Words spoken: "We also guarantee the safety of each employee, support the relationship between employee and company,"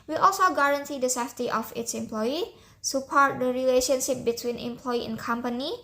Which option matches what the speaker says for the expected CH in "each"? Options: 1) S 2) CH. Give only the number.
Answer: 1